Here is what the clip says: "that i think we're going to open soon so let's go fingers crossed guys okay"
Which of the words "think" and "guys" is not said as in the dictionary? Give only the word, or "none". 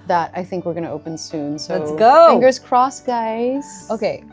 none